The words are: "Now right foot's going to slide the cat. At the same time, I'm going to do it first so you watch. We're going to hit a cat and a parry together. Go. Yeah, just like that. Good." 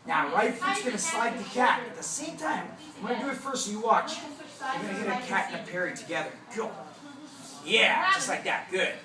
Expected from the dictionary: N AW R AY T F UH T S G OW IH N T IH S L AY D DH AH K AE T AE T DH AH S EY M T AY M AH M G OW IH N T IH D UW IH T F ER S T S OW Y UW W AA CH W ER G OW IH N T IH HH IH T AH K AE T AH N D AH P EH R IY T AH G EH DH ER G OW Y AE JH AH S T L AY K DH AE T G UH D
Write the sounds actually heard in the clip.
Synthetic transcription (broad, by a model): N AW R AY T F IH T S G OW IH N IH S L AY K DH AH K AE T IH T DH AH S EY M T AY AH M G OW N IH D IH IH T F ER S S Y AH W AA CH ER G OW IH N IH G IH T AH K AE T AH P AH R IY IY T AH G EH DH ER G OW Y AE JH AH S T L AY K DH AE T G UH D